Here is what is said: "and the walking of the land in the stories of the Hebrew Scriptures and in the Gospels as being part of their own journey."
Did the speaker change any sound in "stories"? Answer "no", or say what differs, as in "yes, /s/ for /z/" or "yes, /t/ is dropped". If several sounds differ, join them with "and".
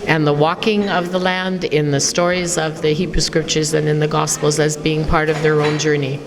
no